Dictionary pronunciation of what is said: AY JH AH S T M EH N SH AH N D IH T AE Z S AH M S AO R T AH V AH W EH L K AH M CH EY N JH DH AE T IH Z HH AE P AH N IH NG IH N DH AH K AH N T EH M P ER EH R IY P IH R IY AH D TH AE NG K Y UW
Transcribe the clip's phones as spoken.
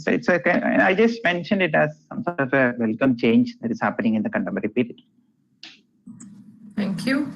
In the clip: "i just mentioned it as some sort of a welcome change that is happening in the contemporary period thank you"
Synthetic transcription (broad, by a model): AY JH AH S T M EH N SH AH N D IH T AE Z S AH M S AO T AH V AH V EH L K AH M CH EY N JH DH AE T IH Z HH AE P AH N IH NG IH N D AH K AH N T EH M ER R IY P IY R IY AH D T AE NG K Y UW